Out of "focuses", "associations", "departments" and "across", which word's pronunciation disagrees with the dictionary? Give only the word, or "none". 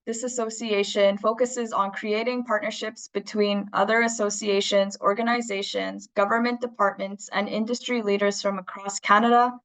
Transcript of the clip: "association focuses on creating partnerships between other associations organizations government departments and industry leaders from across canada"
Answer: none